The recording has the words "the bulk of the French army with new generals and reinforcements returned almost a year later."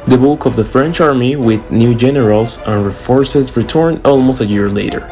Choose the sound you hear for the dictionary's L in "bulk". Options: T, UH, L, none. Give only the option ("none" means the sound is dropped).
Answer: none